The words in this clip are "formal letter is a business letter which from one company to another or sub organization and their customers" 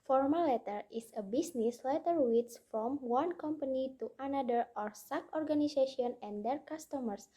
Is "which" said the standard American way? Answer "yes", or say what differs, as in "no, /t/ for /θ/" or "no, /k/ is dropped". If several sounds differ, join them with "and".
no, /s/ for /tʃ/